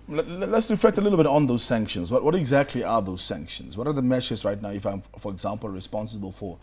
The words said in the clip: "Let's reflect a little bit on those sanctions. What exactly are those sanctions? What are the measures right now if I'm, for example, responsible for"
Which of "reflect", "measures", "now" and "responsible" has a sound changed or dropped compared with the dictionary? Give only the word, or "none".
measures